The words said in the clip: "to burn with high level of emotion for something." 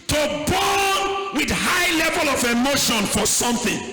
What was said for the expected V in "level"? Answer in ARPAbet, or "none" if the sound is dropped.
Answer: V